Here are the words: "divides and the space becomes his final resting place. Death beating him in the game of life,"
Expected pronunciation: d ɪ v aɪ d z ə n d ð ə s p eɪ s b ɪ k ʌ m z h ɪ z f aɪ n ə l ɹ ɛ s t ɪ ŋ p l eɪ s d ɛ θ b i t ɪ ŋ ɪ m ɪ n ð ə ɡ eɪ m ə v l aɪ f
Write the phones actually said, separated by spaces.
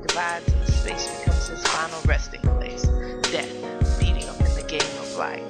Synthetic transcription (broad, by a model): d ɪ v aɪ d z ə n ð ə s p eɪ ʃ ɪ k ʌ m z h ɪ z f aɪ n l ɹ ɛ s t ɪ ŋ p l eɪ s d ɛ θ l i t ɪ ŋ ɪ m ɪ n ð ə ɡ eɪ m ə v l aɪ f